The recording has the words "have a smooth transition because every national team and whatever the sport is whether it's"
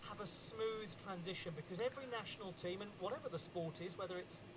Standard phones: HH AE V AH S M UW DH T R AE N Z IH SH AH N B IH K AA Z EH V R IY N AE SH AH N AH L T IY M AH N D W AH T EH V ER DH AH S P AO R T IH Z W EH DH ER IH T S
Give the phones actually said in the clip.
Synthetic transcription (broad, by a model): HH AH V AH S M UW DH T R AE N Z IH SH AH N B IH K AA Z EH V R IY N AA SH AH N AH L T IY M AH N W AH T EH V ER DH AH S P AO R T IH Z W EH DH ER IH T S